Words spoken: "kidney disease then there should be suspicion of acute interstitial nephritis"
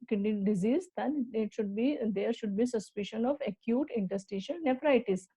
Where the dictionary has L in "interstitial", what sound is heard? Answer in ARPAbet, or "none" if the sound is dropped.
N